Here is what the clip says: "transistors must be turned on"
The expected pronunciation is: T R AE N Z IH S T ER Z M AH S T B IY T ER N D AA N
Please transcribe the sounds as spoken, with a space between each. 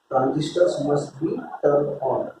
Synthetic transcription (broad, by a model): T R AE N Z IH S T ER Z M AH S T B IY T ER D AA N